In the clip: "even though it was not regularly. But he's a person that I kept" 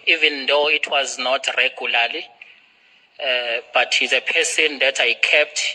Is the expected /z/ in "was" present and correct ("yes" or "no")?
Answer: yes